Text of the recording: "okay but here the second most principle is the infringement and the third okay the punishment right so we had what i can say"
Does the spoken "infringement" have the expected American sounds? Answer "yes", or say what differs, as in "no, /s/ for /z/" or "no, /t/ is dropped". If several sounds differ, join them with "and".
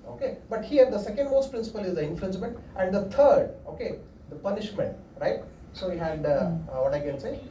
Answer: no, /l/ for /ɹ/